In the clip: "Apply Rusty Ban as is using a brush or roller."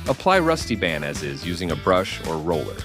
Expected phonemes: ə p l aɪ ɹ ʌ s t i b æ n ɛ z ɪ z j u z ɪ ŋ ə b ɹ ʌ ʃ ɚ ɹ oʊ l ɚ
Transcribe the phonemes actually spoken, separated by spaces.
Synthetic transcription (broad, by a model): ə p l aɪ ɹ ʌ s t i b æ n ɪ z ɪ z j u z ɪ ŋ ə b ɹ ʌ ʃ ɚ ɹ oʊ l ɚ